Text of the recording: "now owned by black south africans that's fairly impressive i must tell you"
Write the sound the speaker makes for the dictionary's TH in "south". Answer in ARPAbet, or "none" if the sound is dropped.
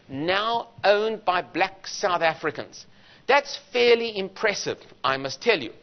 TH